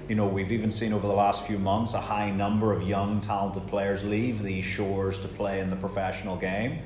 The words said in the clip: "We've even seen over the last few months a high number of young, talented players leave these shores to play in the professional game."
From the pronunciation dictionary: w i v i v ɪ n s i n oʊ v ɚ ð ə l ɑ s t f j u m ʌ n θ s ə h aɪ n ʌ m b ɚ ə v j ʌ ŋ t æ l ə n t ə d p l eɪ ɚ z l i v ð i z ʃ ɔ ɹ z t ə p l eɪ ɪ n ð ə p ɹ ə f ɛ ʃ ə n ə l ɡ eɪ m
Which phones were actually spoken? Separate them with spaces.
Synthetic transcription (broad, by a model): w i v i v ɪ n s i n oʊ v ɚ ð ə l ɑ s t f j u m ʌ n θ s ə h aɪ n ʌ m b ɚ ə v j ʌ ŋ t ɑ l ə n t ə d p l eɪ ɚ z l i v ð i z ʃ ɔ ɹ z t ə p l eɪ ɪ n ð ə p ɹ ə f ɛ ʃ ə n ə l ɡ eɪ m